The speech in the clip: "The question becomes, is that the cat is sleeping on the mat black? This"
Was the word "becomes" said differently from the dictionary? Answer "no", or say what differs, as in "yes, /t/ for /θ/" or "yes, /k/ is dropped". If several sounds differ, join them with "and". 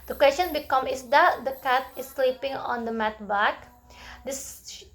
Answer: yes, /z/ is dropped